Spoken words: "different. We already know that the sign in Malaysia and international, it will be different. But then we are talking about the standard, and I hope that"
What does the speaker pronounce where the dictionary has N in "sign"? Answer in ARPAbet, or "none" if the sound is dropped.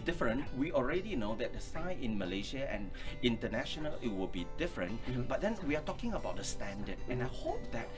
none